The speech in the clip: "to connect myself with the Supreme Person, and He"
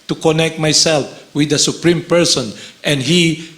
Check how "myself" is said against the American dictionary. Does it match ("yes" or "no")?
yes